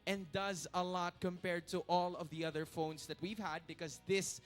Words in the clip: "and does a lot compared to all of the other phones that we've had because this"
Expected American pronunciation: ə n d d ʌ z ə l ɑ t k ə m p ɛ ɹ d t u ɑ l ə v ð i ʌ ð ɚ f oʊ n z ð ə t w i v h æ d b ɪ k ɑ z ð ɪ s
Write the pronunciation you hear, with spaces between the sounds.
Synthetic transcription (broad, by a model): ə n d d ʌ z ə l ɑ t k ə m p ɛ ɹ d t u ɑ l ə v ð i ʌ ð ɚ f oʊ n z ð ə t w i v h æ d b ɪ k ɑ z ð ɪ s